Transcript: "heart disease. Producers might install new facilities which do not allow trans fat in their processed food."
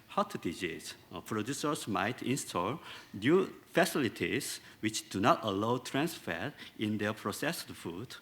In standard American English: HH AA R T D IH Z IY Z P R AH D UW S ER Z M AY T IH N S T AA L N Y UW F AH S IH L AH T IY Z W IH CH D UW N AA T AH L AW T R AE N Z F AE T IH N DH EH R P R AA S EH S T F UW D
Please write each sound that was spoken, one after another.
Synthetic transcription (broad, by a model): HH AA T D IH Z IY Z P R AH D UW S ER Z M AY T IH N S T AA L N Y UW F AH S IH L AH T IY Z W IH CH D UW N AA T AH L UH T R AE N S F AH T IH N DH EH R P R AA S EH S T F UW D